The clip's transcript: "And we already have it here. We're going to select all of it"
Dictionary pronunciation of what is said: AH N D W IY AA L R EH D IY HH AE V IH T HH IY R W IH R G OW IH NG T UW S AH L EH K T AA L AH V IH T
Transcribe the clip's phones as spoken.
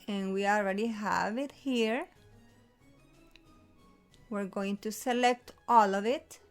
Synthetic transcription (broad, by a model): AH N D W IY AA L R EH D IY HH AE V IH T HH IY R W IH R G OW IH NG T UW S AH L EH K T AA L AH V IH T